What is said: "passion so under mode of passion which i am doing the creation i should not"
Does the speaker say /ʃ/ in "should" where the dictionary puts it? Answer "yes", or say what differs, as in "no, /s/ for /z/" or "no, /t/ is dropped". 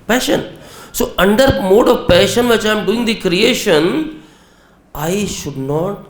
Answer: yes